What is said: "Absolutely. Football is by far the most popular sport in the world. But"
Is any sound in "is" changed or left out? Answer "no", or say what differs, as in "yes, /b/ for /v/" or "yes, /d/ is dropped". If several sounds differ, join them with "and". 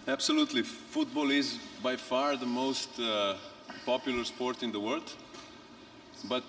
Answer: no